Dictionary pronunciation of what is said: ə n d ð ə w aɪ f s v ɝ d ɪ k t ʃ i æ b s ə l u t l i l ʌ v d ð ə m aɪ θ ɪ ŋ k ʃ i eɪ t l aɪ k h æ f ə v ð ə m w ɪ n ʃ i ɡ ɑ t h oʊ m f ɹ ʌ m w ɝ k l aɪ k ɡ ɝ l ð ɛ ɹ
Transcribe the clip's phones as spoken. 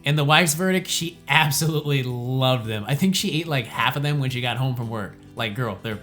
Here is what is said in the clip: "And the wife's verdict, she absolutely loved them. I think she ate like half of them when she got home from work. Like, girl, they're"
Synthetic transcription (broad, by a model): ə n ð ə w aɪ f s v ɝ d ɪ k t ʃ i æ b s ə l u t l i l ʌ v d ð ə m aɪ θ ɪ ŋ k ʃ i eɪ t l aɪ k h æ f ə v ð ə m w ɪ n ʃ i ɡ ɑ t h oʊ m f ɹ ʌ m w ɝ k l aɪ k ɡ ɝ l ð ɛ ɹ